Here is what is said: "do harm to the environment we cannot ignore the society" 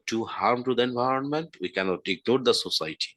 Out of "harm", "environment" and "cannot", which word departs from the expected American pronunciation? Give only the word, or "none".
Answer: none